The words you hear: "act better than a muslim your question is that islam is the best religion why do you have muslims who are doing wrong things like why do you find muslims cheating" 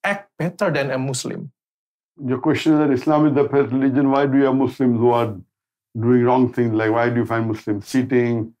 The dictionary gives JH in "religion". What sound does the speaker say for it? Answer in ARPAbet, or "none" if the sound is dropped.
JH